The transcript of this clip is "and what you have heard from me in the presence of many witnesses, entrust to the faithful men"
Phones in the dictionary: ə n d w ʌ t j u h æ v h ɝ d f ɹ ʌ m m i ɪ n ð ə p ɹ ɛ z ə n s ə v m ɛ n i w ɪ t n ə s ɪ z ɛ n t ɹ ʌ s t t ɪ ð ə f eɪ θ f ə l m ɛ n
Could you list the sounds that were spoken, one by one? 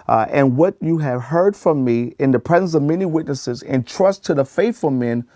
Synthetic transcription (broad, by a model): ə n w ʌ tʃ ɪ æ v h ɝ d f ɹ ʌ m m i ɪ n ð ə p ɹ ɛ z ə n s ə v m ɛ n i w ɪ t n ə s ɪ z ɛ n t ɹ ʌ s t t ɪ ð ə f eɪ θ f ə l m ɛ n